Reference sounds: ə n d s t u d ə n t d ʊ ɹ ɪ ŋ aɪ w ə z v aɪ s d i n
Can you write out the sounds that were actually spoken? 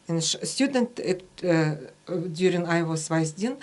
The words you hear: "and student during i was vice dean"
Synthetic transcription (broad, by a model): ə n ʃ s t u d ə n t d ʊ ɹ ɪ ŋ aɪ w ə s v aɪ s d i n